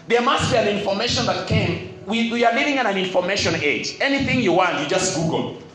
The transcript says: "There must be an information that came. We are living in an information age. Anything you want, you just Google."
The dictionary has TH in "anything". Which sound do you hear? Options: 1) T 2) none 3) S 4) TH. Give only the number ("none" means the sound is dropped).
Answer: 4